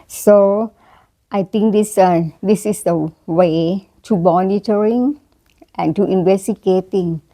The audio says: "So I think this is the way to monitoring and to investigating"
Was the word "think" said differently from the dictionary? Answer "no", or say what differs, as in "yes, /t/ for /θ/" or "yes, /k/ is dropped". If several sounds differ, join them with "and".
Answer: yes, /t/ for /θ/